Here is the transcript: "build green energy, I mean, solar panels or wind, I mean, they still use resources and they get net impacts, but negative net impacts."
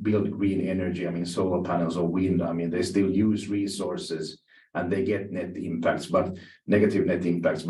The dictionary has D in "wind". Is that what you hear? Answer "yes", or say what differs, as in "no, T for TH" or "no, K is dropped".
yes